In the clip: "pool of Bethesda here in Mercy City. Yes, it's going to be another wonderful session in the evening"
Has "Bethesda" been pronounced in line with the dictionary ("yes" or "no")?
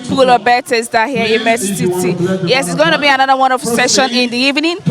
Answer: no